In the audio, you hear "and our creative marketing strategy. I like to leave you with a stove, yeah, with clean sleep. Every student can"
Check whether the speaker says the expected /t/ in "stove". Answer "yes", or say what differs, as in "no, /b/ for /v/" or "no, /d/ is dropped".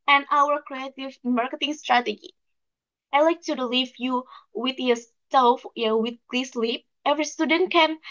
no, /s/ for /t/